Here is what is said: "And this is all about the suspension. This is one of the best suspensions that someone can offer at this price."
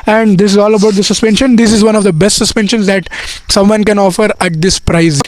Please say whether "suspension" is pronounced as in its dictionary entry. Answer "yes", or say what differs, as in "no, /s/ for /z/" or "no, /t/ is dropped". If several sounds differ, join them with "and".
yes